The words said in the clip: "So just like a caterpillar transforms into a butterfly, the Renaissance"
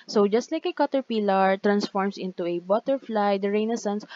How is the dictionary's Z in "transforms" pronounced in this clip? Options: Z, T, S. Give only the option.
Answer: S